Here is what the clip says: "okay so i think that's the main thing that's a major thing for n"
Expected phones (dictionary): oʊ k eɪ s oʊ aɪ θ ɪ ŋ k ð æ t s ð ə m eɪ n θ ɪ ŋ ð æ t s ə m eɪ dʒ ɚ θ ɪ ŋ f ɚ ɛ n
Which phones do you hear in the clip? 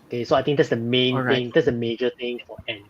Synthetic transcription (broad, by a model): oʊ k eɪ s oʊ aɪ t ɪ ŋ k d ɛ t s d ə m eɪ n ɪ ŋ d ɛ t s ə m eɪ dʒ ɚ t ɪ ŋ f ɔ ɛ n